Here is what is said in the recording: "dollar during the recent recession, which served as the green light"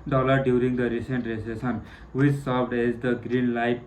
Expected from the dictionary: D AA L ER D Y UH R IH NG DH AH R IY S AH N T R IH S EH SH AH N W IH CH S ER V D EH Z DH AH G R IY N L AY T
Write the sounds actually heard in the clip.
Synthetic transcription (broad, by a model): D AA L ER D Y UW R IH NG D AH R IY S AH N T R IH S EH S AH N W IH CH S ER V D EH Z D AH G R IY N L AY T